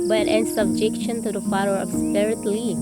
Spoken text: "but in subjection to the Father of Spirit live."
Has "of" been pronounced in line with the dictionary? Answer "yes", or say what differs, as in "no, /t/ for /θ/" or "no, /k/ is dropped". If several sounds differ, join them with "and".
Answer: no, /b/ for /v/